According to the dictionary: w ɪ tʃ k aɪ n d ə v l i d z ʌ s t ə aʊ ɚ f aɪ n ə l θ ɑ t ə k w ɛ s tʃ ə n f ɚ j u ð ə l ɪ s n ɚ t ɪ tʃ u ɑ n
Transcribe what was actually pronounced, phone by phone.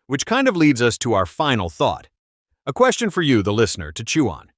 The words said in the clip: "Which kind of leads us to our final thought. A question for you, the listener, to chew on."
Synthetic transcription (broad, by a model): w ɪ tʃ k aɪ n d ə v l i d z ʌ s t ə aʊ ɚ f aɪ n l θ ɑ t ə k w ɛ s tʃ ə n f ɚ j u ð ə l ɪ s n ɚ t ɪ tʃ u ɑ n